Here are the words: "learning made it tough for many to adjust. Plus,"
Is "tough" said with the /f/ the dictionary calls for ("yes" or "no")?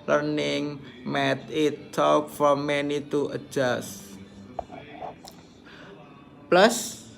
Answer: no